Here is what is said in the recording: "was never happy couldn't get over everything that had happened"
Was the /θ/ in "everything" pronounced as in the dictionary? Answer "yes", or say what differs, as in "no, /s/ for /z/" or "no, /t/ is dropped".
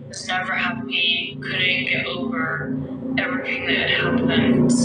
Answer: yes